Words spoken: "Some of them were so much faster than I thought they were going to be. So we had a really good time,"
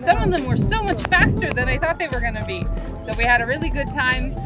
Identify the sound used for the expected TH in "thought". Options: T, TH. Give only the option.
TH